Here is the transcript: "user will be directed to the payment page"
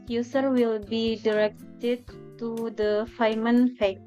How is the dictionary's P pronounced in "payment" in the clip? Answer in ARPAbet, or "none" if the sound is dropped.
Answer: F